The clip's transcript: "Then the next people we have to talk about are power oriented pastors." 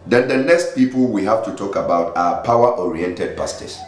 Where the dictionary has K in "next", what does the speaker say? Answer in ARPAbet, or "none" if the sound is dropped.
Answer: none